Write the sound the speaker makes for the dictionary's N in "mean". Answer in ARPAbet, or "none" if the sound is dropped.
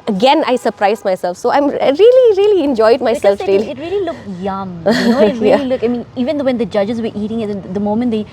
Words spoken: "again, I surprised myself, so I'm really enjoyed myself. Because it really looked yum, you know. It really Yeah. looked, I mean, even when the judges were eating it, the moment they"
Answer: N